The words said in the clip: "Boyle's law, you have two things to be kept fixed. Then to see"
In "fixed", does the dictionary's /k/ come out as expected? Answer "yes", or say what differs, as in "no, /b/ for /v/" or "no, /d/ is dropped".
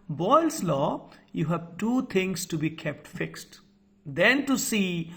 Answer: yes